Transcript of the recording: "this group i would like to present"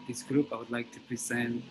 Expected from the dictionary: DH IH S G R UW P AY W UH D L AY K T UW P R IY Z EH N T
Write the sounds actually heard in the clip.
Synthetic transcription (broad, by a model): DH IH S G R UW P AY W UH D L AY K T UW P R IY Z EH N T